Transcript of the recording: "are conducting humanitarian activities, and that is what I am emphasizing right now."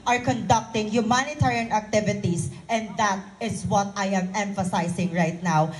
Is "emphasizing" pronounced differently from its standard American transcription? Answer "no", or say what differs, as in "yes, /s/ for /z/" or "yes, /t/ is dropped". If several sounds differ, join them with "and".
yes, /s/ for /z/